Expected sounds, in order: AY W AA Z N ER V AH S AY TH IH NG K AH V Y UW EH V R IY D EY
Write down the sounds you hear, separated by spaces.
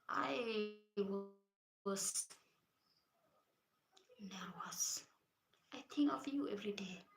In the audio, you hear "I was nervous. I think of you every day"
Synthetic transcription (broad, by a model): AY W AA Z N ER W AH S AY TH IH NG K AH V Y UW EH V R IY D EY